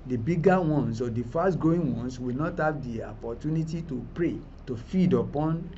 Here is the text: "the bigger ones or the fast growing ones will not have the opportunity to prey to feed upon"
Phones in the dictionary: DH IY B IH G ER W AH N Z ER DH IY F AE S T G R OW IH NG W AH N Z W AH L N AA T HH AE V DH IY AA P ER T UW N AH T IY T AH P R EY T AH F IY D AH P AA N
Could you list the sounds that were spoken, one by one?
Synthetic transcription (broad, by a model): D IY B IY G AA W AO N S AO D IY F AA S T G OW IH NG W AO N S W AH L N AA T HH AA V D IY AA P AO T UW N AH T IY T AH P R EY T AH F IY D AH P AA N